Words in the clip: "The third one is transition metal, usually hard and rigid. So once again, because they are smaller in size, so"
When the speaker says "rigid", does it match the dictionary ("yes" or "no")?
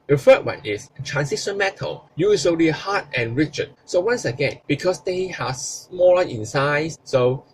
no